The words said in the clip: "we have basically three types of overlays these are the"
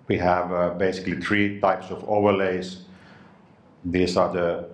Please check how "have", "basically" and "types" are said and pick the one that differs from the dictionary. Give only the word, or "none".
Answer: none